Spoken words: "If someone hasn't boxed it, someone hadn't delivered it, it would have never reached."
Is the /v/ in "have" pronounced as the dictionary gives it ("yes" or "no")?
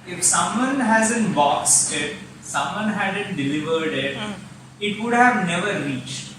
yes